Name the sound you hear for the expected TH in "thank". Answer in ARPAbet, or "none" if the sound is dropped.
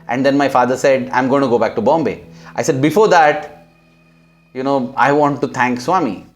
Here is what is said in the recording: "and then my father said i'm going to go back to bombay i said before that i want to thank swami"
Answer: T